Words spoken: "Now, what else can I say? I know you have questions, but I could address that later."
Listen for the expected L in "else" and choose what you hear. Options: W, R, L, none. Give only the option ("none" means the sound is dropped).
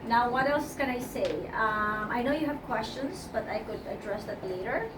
L